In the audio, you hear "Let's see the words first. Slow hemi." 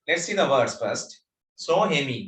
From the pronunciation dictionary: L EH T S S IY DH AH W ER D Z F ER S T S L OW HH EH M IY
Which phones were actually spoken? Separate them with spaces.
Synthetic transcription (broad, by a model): L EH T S S IY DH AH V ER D S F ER S T S OW HH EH M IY